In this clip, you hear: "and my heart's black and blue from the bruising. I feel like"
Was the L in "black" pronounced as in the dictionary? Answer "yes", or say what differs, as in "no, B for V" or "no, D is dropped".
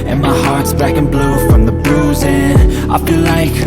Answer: no, L is dropped